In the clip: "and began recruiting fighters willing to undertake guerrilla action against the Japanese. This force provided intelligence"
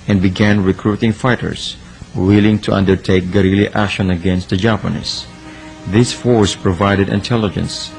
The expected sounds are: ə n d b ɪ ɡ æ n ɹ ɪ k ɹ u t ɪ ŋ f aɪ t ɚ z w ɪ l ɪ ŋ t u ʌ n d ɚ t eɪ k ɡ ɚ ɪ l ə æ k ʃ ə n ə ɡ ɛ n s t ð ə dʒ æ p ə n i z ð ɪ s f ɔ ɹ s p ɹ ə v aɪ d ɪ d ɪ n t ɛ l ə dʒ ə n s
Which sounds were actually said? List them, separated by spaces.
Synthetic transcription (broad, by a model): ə n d b ɪ ɡ æ n ɹ ɪ k ɹ u t ɪ ŋ f aɪ t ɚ s w ɪ l ɪ ŋ t u ʌ n d ɚ t eɪ k ɡ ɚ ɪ l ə æ k ʃ ə n ə ɡ ɛ n s t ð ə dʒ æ p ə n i s ð ɪ s f ɔ ɹ s p ɹ ə v aɪ d ɪ d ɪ n t ɛ l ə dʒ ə n s